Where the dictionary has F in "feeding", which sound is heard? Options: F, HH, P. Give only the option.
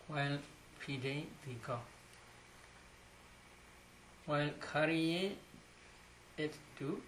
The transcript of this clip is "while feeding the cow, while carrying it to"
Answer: P